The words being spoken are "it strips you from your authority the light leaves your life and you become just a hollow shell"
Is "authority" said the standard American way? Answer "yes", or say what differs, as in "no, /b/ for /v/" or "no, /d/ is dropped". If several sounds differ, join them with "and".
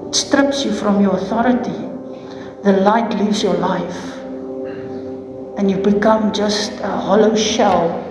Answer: yes